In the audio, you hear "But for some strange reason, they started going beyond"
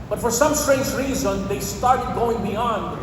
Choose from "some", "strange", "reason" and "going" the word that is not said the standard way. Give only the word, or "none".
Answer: none